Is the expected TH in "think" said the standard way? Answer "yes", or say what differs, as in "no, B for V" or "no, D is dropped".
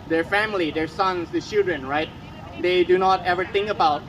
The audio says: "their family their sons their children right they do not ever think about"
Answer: no, T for TH